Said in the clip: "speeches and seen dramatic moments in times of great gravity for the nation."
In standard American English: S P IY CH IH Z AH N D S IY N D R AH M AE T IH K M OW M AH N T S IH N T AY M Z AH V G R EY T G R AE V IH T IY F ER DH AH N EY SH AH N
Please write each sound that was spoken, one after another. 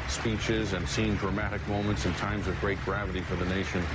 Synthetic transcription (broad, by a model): S P IY CH IH Z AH N S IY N D R AH M AE T IH K M OW M AH N T S IH N T AY M Z AH V G R EY T G R AE V IH T IY F ER DH AH N EY SH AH N